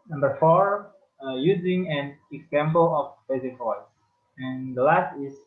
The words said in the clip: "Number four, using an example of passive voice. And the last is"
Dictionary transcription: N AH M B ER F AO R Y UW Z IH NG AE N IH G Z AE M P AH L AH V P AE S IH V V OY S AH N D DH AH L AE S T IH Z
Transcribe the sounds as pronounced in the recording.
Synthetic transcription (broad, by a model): N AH M B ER F AO R Y UW Z IH NG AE N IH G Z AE M P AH L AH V B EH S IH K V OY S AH N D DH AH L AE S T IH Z